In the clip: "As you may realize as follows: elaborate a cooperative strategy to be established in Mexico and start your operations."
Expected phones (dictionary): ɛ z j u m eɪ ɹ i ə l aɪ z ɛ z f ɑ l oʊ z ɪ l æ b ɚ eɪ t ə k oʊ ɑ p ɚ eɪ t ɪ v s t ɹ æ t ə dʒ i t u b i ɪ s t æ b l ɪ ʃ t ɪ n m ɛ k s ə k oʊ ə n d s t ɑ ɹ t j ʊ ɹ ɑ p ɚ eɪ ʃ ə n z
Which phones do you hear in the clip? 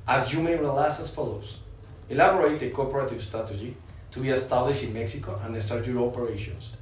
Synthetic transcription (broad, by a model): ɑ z j u m eɪ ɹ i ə l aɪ s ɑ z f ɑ l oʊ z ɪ l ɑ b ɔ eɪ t ə k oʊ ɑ p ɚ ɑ t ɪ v s t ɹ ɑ t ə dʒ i t u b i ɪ s t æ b l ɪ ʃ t ɪ n m ɛ k s ə k oʊ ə n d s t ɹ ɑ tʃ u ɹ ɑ p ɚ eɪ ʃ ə n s